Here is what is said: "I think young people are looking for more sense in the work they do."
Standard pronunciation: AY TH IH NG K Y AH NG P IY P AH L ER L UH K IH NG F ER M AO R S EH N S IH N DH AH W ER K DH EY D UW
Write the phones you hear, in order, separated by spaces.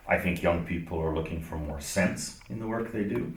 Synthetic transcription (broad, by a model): AY TH IH NG K Y AH NG P IY P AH L ER L UH K IH NG F ER M AO R S EH N S IH N DH AH W ER K DH EY D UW